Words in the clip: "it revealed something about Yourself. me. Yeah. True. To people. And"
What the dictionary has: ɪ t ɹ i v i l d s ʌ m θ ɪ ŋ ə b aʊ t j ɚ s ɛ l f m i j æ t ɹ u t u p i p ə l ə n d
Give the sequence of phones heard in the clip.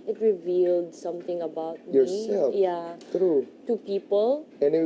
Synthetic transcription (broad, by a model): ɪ t ɹ i v i l d s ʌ m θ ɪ ŋ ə b aʊ t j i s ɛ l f j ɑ t ɹ u t u p i p ə l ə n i